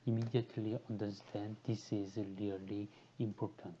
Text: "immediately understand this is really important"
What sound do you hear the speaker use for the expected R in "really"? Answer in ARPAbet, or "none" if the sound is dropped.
L